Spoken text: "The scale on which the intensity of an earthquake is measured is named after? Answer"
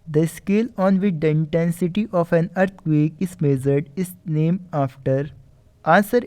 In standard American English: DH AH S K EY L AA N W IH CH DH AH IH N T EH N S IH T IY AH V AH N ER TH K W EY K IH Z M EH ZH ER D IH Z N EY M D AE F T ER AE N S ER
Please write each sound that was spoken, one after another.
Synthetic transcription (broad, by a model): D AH S K EY L AA N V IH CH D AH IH N T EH N S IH T IY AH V AH N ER T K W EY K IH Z M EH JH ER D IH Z N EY M AA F T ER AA N S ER